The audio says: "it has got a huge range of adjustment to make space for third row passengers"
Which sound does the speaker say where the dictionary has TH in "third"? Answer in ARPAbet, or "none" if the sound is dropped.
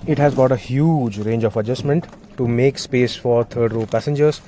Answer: T